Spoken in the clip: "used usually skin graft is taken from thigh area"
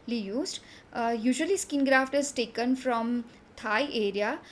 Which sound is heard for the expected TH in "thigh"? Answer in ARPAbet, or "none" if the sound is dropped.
T